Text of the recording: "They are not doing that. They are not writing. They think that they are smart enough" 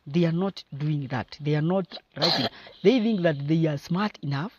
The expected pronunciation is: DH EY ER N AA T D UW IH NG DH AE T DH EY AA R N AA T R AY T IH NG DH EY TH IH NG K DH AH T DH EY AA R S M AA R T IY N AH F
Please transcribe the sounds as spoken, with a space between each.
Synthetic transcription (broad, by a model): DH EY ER N AA T D UW IH NG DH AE T DH EY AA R N AA T R AY T IH NG DH EY TH IH NG K DH AH T DH EY AA R S M AA R T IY N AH F